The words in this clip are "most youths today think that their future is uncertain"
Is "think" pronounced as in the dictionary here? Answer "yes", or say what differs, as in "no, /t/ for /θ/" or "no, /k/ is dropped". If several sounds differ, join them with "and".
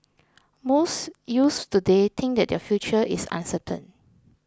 no, /t/ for /θ/